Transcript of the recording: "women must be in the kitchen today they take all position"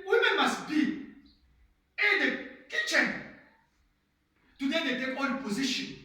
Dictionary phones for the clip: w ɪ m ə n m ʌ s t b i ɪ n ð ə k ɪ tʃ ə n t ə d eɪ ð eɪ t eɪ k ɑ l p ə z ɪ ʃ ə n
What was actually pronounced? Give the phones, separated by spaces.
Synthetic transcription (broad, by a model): w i m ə n m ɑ s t b i ɪ n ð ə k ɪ tʃ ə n t ə d eɪ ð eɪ t eɪ k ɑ n p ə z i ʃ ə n